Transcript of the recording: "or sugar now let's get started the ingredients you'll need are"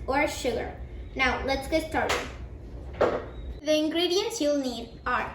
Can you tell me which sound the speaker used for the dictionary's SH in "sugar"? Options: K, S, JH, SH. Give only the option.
SH